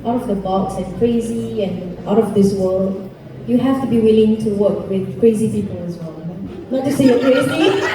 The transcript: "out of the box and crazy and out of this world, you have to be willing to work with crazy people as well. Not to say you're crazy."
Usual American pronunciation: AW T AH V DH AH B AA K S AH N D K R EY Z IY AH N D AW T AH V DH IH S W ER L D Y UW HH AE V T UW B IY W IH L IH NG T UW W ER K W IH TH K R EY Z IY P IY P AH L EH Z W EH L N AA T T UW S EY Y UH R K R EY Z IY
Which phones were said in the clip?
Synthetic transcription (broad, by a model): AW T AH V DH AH B AA K S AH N K R EY Z IY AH N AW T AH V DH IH S W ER L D Y UW HH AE F T UW B IY W IH L IH NG T UW W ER K W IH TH K R EY Z IY P IY P AH L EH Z W EH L N AA T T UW S EY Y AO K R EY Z IY